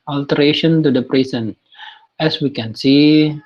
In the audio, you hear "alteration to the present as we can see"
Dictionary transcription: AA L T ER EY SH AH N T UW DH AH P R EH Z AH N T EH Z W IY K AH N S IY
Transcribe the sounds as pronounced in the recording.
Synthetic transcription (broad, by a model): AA L T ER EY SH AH N T UW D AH P R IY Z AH N EH S W IY K AH N S IY